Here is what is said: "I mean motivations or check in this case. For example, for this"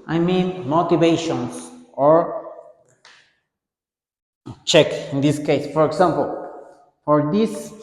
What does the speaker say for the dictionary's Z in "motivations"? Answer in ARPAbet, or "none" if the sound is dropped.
S